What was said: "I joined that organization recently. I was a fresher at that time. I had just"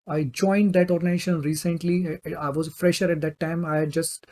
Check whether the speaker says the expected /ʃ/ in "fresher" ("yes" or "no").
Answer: yes